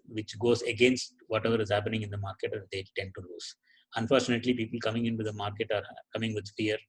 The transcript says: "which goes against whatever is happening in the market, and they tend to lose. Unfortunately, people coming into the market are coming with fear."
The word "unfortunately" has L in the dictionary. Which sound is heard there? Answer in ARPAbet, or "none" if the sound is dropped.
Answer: L